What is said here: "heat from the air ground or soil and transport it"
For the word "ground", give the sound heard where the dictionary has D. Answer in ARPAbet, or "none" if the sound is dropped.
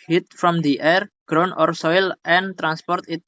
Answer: none